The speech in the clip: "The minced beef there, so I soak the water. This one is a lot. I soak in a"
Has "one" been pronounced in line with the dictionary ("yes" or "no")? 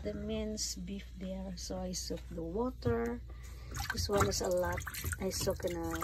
no